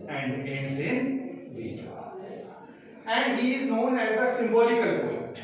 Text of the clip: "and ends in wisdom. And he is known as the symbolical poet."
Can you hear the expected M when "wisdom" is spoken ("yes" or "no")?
no